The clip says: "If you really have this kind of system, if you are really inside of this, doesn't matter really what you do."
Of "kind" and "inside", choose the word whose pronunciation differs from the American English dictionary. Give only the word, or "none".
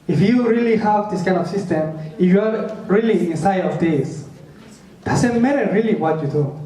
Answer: none